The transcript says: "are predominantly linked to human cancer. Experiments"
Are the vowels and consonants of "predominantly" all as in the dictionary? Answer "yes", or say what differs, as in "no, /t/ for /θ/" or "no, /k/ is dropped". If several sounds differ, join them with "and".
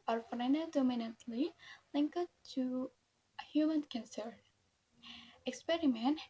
no, /f/ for /p/